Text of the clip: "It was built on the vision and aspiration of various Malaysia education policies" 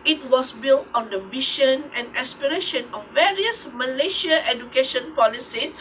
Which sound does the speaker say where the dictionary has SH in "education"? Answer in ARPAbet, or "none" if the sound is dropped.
SH